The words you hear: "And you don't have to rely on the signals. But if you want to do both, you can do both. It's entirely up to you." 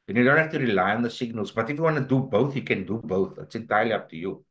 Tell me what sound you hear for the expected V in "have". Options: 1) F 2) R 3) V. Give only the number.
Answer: 1